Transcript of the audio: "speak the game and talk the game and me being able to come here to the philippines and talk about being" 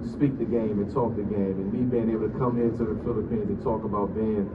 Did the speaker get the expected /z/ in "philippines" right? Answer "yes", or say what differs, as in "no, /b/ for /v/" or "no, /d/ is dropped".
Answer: yes